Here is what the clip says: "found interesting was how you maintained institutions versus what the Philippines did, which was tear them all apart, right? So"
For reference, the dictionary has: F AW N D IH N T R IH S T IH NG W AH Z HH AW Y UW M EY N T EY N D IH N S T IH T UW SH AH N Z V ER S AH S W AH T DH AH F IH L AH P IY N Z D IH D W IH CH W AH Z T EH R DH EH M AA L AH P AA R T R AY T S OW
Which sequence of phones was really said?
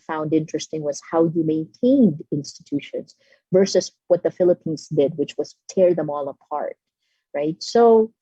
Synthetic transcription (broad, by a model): F AW N D IH N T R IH S T IH NG W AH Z HH AW Y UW M EY N T EY N D IH N S T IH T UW SH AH N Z V ER S AH S W AH T DH AH F IH L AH P IY N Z D IH D W IH CH W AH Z T EH R DH EH M AA L AH P AA R T R AY T S OW